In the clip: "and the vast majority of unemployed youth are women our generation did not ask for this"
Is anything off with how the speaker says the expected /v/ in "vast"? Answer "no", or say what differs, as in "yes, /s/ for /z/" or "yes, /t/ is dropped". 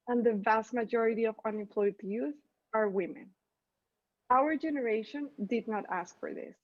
no